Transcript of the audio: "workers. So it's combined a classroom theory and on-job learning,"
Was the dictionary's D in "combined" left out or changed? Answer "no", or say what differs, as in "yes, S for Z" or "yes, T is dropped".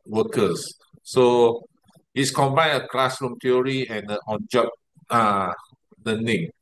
yes, D is dropped